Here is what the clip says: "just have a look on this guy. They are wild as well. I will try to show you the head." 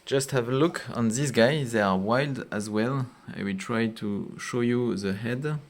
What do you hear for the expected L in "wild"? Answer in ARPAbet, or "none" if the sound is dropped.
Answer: L